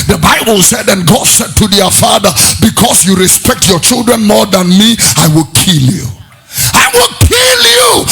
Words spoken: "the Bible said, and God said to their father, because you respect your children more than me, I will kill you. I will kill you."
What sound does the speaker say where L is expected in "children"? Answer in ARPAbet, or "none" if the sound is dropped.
L